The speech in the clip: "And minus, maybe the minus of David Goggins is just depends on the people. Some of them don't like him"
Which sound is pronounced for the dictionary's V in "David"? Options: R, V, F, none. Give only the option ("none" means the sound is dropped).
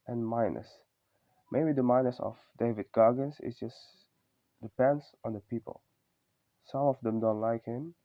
V